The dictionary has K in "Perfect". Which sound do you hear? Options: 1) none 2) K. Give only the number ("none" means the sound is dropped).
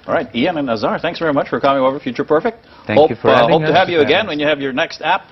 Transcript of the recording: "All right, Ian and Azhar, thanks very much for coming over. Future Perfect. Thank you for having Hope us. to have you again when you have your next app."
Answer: 2